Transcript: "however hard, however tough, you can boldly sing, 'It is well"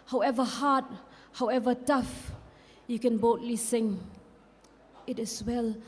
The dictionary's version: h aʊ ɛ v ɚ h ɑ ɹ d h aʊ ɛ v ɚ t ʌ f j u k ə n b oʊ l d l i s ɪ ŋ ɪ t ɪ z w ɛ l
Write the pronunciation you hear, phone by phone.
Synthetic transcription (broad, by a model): h aʊ ɛ v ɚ h ɑ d h aʊ ɛ v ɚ t ʌ f j u k ə n b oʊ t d l i s ɪ ŋ ɪ t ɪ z w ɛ l